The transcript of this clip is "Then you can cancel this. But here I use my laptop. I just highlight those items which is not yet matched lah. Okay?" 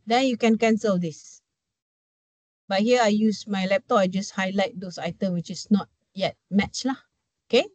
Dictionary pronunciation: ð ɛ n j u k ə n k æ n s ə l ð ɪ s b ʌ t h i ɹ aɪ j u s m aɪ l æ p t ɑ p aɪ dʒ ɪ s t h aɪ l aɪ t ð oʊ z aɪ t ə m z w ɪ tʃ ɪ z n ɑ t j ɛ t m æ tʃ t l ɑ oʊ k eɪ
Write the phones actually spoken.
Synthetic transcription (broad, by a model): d ɛ n j u k ə n k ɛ n s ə l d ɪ s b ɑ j h i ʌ aɪ j u s m aɪ l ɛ p t ɑ p aɪ dʒ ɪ s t h aɪ l aɪ t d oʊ s aɪ t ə m w ɪ tʃ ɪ s n ɑ t j ɛ t m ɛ tʃ l ɑ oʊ k eɪ